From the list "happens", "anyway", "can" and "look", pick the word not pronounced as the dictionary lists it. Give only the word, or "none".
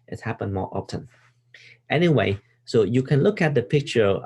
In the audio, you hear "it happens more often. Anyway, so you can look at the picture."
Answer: happens